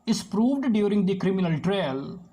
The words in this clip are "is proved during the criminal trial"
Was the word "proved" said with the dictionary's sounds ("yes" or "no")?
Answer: yes